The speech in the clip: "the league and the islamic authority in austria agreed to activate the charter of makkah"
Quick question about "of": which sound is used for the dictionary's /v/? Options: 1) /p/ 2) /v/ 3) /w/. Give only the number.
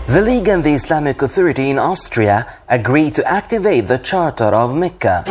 2